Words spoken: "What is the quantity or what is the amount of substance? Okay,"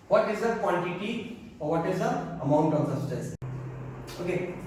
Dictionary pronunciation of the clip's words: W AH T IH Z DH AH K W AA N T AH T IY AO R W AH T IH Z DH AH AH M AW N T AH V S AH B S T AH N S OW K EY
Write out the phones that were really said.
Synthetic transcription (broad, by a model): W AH T IH Z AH K W AA N T AH T IY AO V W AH T IH Z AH AH M AW N T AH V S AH S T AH S OW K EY